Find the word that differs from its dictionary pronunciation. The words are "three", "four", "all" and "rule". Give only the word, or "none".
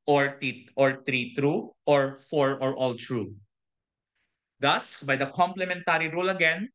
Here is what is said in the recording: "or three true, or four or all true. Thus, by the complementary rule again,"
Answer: three